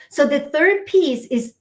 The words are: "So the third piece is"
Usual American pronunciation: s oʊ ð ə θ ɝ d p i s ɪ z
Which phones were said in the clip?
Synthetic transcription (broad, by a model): s oʊ ð ə θ ɝ d p i s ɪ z